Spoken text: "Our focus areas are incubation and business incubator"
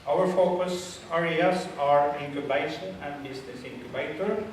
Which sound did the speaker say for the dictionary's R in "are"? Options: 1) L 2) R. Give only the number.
2